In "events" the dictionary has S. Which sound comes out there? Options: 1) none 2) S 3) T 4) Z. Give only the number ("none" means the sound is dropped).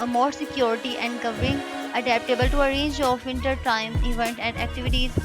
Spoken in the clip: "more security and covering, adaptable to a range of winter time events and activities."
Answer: 1